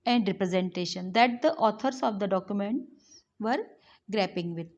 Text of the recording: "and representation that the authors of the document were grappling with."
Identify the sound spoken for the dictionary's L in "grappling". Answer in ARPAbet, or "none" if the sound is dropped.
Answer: none